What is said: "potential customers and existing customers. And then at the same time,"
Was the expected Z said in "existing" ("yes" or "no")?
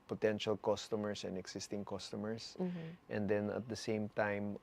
no